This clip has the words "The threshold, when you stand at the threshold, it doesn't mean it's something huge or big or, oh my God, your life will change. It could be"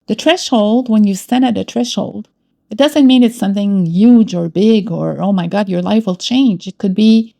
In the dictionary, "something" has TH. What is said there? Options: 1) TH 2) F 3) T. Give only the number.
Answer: 1